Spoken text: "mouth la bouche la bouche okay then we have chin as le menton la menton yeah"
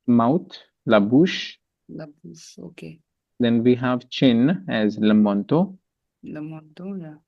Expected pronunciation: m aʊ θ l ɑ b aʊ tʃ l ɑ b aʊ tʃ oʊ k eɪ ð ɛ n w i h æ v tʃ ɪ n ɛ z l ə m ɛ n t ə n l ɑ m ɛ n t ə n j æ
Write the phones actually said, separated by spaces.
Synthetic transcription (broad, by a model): m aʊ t l ɑ b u ʃ l ɑ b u oʊ k eɪ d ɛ n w i h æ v tʃ ɪ n ɛ z l ə m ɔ n t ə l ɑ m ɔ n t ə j